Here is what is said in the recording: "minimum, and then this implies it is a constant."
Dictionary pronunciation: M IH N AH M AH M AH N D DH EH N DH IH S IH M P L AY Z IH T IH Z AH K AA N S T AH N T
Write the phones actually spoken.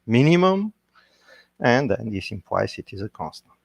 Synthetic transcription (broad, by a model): M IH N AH M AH M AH N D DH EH N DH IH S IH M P W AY S IH T IH Z AH K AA N S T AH N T